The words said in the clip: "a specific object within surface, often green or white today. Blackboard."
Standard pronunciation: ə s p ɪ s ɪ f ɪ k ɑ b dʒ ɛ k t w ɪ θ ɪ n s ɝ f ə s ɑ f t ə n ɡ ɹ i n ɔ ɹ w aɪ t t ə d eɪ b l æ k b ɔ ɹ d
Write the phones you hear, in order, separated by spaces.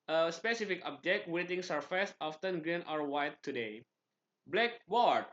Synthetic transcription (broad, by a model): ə s p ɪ s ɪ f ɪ k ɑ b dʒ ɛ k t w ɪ t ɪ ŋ s ɝ f ə s ɑ f t ə n ɡ ɹ i n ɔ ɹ w aɪ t t ə d eɪ b l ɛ k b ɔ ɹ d